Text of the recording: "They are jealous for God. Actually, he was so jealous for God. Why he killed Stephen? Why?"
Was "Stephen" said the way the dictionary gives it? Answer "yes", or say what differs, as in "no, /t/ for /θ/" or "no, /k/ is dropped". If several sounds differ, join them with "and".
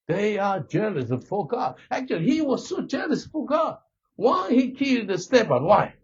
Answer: no, /b/ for /v/